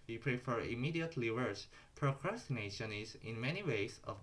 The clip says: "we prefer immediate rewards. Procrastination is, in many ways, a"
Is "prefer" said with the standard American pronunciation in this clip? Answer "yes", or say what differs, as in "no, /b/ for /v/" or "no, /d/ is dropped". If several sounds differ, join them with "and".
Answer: yes